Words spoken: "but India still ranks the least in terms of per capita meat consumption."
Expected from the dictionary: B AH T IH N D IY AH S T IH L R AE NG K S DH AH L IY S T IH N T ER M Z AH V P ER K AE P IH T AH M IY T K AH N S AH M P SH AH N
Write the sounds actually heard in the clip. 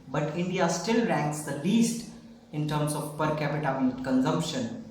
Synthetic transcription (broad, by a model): B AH T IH N D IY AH S T IH L R AE NG K S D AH L IY S T IH N T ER M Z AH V P ER K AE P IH T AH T K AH N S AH M P SH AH N